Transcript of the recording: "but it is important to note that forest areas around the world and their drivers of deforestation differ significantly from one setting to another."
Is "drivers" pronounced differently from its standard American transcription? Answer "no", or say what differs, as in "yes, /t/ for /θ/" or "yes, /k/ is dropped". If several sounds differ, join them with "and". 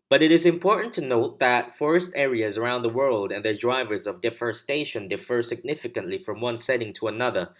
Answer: no